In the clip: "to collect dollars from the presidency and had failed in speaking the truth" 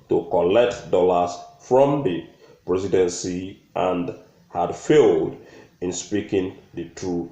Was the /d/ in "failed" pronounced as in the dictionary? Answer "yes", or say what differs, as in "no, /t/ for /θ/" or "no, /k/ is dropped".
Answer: yes